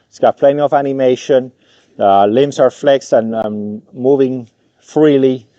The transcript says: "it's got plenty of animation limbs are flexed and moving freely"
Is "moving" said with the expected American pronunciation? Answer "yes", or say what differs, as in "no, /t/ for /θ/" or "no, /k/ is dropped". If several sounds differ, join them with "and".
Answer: yes